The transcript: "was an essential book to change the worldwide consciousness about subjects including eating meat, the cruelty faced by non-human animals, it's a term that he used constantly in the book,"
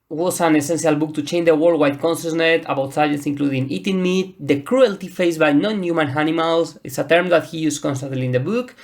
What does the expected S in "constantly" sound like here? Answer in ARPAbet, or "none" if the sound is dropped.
S